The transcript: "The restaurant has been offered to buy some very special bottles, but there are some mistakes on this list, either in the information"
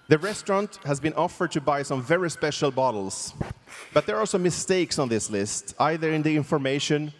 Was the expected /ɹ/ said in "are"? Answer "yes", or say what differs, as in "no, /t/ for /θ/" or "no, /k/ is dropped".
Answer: no, /l/ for /ɹ/